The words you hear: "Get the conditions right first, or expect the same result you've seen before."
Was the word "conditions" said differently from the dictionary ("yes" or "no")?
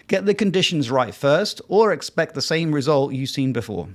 no